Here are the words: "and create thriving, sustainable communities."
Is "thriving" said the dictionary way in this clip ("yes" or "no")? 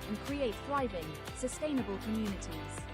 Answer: yes